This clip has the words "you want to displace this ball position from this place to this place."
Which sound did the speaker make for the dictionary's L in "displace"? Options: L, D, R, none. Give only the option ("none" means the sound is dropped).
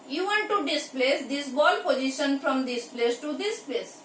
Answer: L